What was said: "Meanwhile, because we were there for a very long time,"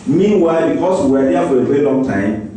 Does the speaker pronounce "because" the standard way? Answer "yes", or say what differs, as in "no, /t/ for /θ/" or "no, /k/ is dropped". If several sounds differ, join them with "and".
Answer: no, /s/ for /z/